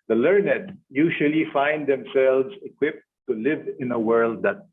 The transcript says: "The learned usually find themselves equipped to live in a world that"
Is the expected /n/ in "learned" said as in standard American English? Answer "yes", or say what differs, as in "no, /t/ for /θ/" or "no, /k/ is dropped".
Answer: yes